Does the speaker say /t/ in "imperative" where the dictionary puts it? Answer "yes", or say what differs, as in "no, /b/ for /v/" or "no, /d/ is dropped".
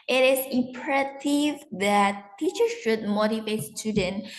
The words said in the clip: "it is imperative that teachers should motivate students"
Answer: no, /s/ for /t/